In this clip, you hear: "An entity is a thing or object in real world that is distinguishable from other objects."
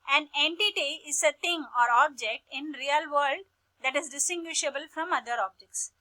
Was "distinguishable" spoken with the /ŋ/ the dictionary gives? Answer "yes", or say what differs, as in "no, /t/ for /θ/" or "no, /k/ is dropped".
yes